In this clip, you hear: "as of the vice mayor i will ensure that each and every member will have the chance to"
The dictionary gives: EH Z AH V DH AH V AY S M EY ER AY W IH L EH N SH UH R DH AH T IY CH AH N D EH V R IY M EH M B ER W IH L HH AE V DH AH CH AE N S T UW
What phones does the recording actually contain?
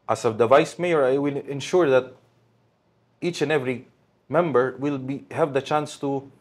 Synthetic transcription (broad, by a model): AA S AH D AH V AY S M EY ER AY W IH L EH N SH UH R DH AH T IY CH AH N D EH V R IY M EH M B ER W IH L HH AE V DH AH CH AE N S T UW